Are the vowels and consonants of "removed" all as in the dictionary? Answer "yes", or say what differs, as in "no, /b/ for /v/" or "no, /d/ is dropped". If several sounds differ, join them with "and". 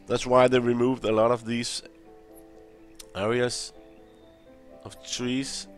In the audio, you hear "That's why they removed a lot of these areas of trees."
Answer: yes